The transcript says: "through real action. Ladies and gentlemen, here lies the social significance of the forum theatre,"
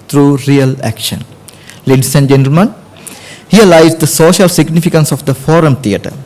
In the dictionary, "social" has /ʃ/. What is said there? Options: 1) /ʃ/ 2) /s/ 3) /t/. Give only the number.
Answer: 1